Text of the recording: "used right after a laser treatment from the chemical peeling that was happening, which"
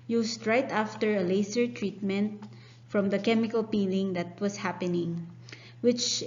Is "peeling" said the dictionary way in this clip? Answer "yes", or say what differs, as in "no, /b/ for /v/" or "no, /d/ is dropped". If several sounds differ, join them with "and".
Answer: yes